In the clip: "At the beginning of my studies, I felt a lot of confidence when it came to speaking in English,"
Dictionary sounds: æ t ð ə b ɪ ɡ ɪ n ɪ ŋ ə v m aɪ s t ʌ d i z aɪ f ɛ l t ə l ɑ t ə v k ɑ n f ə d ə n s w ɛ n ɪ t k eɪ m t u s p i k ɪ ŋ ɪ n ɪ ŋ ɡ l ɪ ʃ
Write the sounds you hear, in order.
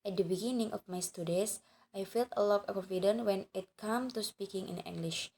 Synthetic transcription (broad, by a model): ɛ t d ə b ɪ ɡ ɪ n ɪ ŋ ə f m aɪ s t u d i s aɪ f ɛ l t ə l ɑ t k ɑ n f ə d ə n w ɛ n ɪ t k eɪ m t u s p i k ɪ ŋ ɪ n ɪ ŋ ɡ l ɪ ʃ